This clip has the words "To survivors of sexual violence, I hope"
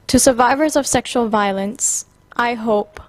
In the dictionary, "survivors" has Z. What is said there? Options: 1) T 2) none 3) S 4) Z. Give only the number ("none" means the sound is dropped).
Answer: 4